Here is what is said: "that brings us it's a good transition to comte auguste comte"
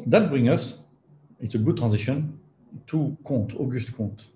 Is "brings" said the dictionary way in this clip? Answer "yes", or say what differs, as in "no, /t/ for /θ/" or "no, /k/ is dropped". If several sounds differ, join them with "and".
no, /z/ is dropped